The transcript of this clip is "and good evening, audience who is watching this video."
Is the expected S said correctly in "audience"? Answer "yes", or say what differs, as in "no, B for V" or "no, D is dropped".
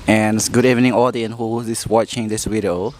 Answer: no, S is dropped